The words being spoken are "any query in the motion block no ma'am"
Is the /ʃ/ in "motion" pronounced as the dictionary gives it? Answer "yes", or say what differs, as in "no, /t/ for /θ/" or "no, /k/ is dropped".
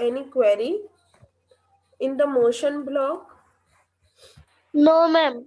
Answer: yes